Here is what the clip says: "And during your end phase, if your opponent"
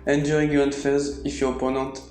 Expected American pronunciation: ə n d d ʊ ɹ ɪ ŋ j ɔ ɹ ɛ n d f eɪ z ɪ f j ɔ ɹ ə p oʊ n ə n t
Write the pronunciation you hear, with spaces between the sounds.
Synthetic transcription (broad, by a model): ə n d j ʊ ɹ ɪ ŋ j ɔ ɹ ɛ d f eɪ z ɪ f j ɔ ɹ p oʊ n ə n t